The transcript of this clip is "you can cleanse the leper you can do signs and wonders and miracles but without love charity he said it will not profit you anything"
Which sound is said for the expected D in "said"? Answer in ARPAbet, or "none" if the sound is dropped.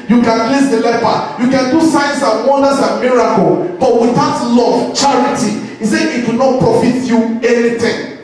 none